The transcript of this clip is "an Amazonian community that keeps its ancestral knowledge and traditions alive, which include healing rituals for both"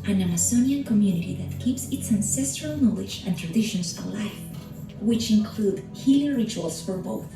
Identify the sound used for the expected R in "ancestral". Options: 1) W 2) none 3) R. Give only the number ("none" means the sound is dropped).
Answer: 3